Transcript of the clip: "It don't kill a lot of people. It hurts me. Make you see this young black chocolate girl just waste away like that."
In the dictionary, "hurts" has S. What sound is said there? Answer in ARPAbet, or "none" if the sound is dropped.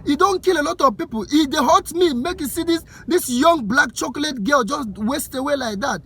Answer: none